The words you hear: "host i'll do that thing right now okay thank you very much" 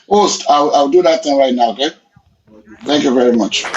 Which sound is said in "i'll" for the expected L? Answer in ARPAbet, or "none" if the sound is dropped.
W